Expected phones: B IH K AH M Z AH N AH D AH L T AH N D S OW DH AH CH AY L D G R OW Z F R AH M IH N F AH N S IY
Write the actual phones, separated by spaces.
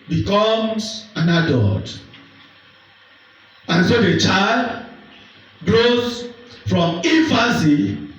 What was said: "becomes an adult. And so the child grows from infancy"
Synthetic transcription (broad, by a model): B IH K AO M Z AH N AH D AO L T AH N S OW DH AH CH AY L D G R OW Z F R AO M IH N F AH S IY